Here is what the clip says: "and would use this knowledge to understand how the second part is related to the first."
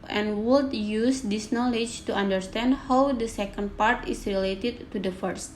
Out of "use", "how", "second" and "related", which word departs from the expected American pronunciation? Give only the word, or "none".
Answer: none